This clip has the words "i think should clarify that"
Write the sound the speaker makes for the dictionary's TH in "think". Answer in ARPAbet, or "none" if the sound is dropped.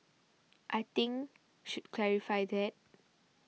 T